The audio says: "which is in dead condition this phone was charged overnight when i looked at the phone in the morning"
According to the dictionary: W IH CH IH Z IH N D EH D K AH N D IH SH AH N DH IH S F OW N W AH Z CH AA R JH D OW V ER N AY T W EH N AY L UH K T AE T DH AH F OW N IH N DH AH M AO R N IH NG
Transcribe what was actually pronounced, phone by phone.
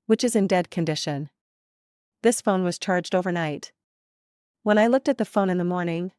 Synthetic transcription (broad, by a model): W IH CH IH Z IH N D EH D K AH N D IH SH AH N DH IH S F OW N W AH Z CH AA R JH D OW V ER N AY T W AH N AY L UH K T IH T DH AH F OW N IH N DH AH M AO R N IH NG